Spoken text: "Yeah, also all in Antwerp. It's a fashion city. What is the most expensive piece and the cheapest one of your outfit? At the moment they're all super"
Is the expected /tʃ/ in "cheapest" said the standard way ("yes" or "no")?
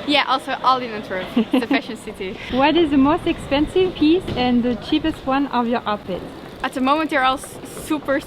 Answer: yes